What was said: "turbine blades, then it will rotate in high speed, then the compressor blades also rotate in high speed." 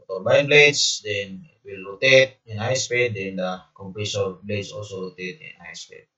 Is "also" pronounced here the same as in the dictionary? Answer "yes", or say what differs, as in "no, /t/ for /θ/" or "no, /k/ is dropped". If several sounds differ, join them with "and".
yes